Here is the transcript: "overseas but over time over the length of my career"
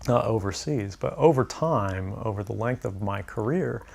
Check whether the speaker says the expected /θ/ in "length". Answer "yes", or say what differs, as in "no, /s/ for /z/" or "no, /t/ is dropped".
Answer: yes